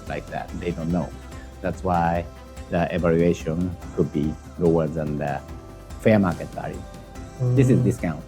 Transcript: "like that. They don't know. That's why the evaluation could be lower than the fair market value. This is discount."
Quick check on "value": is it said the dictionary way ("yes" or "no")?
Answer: no